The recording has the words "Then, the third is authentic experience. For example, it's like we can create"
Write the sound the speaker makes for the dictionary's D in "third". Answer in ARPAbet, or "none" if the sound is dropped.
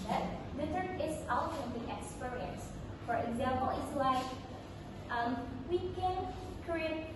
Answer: none